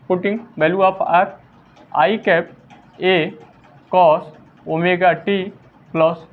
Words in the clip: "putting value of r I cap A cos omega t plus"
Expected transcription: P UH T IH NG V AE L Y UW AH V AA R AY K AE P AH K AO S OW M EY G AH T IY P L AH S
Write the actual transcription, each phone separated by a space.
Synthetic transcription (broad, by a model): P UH T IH NG B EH L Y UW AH P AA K AY K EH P AH K AO S OW M EY G AH T IY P L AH S